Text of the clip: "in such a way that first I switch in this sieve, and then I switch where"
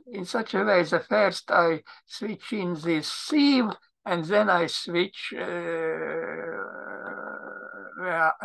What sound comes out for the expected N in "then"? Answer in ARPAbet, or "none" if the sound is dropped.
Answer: N